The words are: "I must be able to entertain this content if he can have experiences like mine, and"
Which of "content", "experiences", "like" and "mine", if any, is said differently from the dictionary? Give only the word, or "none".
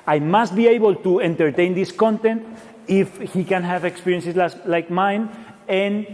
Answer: experiences